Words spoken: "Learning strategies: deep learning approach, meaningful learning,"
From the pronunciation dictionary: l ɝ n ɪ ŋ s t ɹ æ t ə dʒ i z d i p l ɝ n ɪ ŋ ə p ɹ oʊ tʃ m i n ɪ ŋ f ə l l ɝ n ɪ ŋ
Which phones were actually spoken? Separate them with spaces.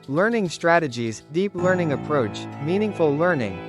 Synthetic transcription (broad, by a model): l ɝ n ɪ ŋ s t ɹ æ t ə dʒ i z d i p l ɝ n ɪ ŋ ə p ɹ oʊ tʃ m i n ɪ ŋ f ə l l ɝ n ɪ ŋ